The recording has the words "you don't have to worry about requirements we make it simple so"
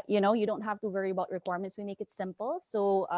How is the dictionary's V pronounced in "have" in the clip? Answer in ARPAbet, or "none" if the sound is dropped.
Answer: F